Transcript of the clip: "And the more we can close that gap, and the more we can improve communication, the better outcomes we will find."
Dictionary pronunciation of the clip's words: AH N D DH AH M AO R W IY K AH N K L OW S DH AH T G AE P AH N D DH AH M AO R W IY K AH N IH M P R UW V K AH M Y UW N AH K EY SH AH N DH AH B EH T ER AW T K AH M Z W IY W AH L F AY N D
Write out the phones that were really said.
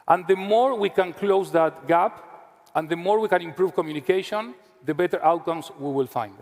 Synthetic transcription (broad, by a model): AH N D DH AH M AO R W IY K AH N K L OW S DH AH T G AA P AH N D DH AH M AO R W IY K AH N IH M P R UW V K AH M Y UW N AH K EY SH AH N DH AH B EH T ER AW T K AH M S W IY W AH L F AY N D